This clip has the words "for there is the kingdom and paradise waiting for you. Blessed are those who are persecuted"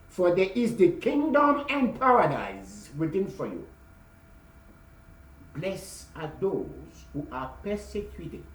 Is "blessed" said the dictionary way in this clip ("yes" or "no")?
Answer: no